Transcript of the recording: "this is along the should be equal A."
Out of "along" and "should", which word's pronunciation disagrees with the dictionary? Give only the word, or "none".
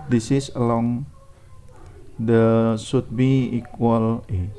should